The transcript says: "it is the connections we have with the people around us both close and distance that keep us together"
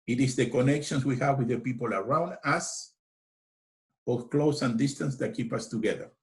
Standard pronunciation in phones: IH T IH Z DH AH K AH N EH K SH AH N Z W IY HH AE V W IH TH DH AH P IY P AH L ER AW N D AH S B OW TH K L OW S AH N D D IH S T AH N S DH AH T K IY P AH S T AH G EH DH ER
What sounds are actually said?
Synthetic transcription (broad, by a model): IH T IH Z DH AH K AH N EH K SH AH N S W IY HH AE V W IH DH AH P IY P AH L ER AW N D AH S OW K L OW S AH N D D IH S T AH N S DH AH T K IY P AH S T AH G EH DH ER